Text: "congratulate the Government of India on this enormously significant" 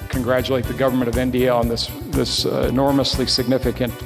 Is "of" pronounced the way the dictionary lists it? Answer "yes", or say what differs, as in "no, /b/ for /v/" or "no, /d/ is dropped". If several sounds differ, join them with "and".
yes